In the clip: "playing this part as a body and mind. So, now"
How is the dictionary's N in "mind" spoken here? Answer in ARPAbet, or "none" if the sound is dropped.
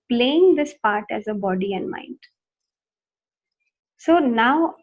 N